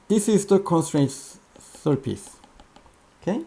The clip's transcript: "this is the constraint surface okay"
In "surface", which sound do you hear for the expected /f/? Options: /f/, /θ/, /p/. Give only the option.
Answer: /p/